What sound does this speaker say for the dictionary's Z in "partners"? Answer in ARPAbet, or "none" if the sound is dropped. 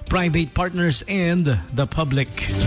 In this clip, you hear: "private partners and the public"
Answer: S